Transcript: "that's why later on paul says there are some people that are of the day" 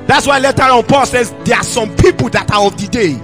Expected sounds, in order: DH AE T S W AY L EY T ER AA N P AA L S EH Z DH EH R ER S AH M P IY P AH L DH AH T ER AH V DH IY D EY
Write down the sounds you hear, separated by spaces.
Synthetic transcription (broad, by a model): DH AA T S W AY L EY T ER AA N P AA L S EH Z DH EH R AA S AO M P IY P AH L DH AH T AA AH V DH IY D EY